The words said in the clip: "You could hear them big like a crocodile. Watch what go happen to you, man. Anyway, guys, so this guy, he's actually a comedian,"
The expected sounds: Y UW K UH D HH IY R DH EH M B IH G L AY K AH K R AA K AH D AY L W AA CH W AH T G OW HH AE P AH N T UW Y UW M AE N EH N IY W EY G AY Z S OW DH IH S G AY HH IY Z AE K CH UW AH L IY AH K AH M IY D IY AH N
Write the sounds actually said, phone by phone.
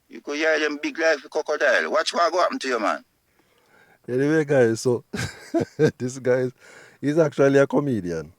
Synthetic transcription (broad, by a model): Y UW K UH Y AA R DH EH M B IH G L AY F AH K AA K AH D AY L W AA CH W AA G OW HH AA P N T UW Y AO M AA N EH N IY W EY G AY S OW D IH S G AY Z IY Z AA K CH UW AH L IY AH K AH M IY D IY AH N